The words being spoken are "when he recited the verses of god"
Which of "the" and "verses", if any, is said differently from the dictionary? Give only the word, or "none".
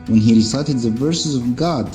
none